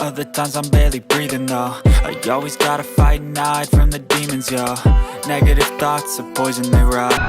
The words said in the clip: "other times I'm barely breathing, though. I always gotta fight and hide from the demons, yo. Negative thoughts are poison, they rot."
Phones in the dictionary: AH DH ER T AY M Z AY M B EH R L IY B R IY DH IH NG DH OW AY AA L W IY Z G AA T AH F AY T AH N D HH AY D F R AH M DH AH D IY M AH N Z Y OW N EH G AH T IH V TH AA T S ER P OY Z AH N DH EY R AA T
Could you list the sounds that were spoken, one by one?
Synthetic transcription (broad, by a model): AH DH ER T AY M Z AY M B EH R L IY B R IY DH IH NG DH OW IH AA L W IY Z G AA T AH F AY AH N AY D F R AH M DH AH D IY M AH N Z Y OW N EH G AH T IH V TH AA T S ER P OY Z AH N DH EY R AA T